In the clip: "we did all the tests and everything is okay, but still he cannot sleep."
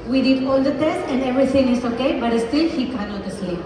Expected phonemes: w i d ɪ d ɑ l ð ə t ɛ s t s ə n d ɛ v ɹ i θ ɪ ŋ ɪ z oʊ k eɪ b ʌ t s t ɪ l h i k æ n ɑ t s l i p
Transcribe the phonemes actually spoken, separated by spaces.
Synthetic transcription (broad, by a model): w i d ɪ d ɑ l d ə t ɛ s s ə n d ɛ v ɹ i t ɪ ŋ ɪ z oʊ k eɪ b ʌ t s t ɪ l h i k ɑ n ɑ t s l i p